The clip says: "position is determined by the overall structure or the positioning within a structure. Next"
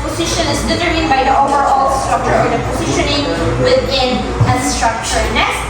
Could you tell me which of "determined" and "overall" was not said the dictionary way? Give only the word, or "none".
determined